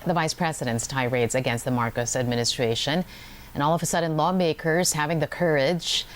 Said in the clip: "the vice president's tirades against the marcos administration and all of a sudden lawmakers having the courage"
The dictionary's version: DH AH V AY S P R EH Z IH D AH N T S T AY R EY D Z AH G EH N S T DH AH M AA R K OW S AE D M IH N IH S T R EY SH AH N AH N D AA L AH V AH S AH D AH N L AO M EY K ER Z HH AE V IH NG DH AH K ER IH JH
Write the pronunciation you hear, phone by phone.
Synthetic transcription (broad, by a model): DH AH V AY S P R EH Z IH D AH N T S T AY R EY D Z AH G EH N S T DH AH M AA R K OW S AE D M IH N IH S T R EY SH AH N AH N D AA L AH V AH S AH D N L AO M EY K ER Z HH AE V IH NG DH AH K ER IH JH